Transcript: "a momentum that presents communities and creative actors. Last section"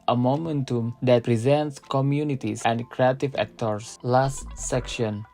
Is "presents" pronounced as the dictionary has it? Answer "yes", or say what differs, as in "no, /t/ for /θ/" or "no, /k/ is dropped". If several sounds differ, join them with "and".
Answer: yes